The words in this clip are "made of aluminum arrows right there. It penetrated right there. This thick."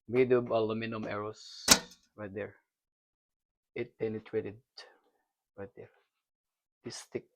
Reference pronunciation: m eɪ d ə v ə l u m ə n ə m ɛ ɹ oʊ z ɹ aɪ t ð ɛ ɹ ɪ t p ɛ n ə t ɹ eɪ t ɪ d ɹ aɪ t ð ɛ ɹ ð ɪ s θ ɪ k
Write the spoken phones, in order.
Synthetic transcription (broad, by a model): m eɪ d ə b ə l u m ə n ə m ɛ ɹ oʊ s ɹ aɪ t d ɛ ɹ ɪ t p ɛ n ə t ɹ eɪ t ɪ d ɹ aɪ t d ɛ ɹ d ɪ s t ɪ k